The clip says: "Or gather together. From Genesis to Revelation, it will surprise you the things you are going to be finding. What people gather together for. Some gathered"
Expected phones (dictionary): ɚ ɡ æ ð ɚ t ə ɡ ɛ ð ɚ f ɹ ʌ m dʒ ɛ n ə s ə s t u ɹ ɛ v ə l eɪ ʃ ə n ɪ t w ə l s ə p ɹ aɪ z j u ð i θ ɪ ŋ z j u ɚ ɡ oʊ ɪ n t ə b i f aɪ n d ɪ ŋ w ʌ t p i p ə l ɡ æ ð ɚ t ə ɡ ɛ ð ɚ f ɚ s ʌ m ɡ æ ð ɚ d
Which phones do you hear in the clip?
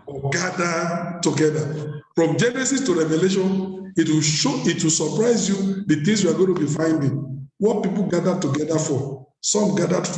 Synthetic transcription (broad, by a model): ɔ ɡ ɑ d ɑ t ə ɡ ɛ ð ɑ f ɹ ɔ m dʒ ɛ n ə s ə s t u ɹ ɛ v ə l eɪ ʃ ə n ɪ t w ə w s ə p ɹ aɪ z j u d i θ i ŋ s j u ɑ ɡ oʊ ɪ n t ə b i f aɪ n d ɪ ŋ w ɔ t p i p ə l ɡ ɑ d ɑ t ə ɡ ɛ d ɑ f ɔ s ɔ m ɡ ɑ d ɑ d